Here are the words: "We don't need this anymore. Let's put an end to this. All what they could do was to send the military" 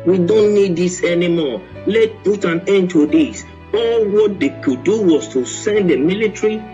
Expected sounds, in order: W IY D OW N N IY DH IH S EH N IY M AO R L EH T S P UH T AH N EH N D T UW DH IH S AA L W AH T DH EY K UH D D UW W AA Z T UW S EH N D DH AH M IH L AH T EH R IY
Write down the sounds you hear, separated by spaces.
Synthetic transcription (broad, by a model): W IY D OW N N IY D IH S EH N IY M AO L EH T P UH T AH N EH N T UW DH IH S AA L W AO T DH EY K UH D D UW W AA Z T UW S EH N D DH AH M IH L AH T R IY